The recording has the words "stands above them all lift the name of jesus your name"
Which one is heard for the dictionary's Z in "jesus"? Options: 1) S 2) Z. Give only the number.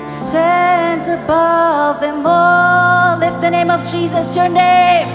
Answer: 2